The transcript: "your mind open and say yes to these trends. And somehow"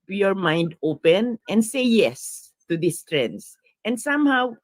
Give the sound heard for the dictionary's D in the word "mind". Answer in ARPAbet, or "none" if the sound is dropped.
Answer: D